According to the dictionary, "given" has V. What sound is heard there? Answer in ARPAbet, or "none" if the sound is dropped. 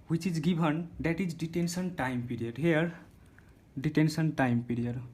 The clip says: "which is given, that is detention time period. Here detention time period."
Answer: B